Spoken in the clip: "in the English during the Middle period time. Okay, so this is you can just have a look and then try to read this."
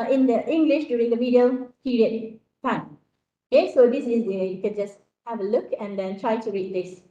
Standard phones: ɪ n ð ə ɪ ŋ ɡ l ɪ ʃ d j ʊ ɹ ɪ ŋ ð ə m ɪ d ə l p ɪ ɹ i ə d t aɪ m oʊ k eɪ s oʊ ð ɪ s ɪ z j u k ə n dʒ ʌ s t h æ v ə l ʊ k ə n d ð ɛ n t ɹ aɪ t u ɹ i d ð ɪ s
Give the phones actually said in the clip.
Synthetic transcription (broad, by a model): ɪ n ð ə ɪ ŋ ɡ l ɪ ʃ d j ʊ ɹ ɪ ŋ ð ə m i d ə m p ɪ ɹ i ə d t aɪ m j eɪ s oʊ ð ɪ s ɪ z j u k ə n dʒ ʌ s t h æ v ə l ʊ k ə n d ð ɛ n t ɹ aɪ t u ɹ i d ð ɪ s